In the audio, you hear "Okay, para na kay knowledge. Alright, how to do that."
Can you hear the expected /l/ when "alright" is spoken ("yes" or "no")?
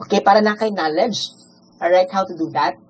no